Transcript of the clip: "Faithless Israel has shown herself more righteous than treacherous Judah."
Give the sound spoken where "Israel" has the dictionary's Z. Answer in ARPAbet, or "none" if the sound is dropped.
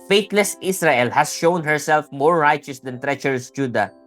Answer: S